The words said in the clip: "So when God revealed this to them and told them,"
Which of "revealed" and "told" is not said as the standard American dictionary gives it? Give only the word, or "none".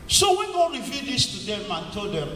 revealed